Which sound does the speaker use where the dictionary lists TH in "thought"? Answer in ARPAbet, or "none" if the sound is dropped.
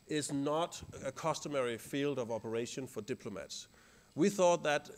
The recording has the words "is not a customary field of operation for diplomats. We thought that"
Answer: TH